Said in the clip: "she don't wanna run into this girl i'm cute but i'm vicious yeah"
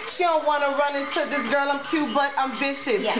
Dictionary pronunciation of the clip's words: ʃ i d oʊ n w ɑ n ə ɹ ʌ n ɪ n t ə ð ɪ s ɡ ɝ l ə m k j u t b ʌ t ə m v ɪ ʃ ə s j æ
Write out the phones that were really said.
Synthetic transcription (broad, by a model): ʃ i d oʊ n w ɑ n ə ɹ ʌ n ɪ n t ə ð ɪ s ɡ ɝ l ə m k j u b ʌ t ə m b ɪ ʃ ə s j